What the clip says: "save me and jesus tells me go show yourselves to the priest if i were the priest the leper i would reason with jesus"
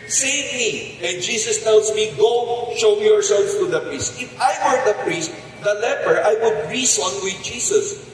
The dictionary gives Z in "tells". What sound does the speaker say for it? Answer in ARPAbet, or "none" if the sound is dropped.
S